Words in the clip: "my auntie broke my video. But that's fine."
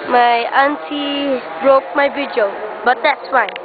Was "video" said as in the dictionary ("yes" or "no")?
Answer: no